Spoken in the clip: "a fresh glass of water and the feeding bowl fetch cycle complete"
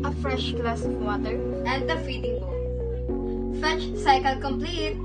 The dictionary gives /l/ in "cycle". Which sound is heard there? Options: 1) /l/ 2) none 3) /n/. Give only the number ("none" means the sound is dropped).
1